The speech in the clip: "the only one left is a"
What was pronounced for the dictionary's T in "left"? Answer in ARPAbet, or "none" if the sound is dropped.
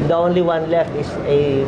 none